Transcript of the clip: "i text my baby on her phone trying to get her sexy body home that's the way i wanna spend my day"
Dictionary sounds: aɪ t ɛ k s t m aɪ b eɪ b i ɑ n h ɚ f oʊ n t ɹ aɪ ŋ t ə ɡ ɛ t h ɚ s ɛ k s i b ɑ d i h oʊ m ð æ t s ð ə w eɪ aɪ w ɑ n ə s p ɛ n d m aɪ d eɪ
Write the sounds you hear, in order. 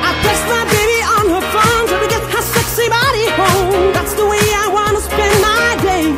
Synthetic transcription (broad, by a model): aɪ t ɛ s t m aɪ b eɪ b i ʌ n h ɚ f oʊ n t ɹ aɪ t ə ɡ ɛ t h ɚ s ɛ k s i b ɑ d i h oʊ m ð æ t s ð ə w eɪ aɪ w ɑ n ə s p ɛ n m aɪ d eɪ